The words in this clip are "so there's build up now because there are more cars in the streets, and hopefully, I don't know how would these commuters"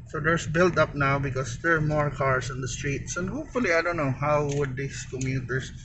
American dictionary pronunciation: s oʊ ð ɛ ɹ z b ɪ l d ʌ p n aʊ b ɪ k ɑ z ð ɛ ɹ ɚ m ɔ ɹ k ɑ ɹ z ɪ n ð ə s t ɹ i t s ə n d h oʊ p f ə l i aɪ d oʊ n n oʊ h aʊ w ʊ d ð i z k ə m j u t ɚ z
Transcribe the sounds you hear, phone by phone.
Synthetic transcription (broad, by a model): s oʊ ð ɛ ɹ s b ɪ l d ʌ p n aʊ b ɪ k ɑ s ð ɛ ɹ m ɔ ɹ k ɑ ɹ s ɪ n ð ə s t ɹ i t s ə n d h oʊ p f ə l i aɪ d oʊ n n oʊ h aʊ w ʊ d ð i s k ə m j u t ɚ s